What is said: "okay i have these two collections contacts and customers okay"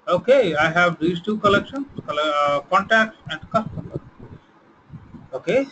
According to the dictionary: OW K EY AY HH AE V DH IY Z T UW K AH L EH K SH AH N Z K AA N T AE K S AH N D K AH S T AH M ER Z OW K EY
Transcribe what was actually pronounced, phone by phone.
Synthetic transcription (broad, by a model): OW K EY AY HH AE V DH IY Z T UW K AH L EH K SH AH N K K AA N T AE K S AH N D K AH S T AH M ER OW K EY